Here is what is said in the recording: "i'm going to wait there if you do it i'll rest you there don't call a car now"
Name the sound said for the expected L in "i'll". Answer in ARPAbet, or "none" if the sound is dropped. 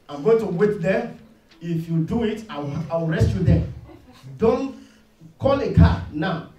W